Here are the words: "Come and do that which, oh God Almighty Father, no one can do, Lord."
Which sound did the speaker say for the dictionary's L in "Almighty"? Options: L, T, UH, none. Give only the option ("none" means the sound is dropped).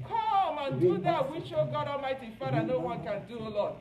none